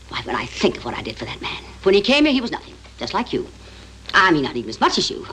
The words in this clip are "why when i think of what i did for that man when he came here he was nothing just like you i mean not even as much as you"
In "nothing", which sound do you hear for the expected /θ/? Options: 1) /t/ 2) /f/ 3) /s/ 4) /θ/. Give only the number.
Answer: 4